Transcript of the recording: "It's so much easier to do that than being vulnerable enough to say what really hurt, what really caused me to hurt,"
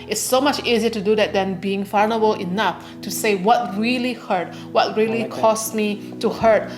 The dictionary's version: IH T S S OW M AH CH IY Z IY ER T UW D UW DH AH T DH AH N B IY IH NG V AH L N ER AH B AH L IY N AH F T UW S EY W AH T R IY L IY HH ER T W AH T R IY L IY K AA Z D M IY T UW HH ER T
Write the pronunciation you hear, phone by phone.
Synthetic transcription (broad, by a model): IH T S S OW M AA CH IY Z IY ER T UW D UW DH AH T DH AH N B IY IH NG F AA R N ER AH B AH L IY N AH F T UW S EY W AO T R IY L IY HH ER T W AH T R IY L IY K AA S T M IY T UW HH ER T